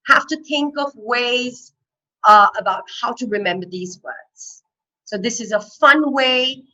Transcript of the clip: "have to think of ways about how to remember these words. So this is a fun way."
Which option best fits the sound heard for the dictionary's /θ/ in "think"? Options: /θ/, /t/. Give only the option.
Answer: /θ/